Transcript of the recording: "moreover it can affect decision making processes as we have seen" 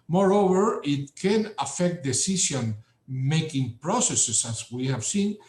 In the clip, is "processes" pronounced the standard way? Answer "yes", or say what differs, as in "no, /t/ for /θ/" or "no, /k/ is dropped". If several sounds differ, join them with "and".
no, /s/ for /z/